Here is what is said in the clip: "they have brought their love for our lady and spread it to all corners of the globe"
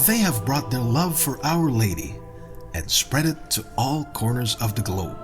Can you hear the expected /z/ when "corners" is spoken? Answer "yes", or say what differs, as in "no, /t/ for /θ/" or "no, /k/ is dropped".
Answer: yes